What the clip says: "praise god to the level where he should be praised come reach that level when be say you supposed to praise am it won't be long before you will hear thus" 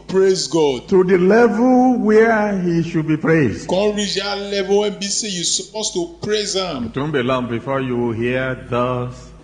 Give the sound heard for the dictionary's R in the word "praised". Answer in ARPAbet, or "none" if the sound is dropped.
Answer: R